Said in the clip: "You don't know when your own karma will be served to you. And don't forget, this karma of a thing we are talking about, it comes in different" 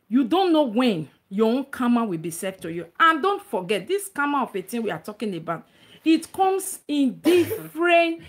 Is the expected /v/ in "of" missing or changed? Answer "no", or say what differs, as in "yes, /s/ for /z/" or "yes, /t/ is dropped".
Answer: yes, /p/ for /v/